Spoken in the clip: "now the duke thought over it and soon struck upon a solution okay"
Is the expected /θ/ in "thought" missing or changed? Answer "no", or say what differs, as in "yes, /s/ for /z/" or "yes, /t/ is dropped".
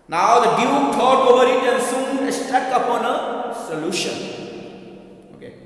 yes, /t/ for /θ/